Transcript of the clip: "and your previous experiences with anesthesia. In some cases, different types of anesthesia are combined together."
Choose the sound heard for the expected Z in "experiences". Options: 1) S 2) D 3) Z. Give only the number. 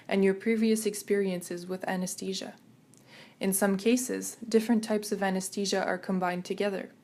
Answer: 3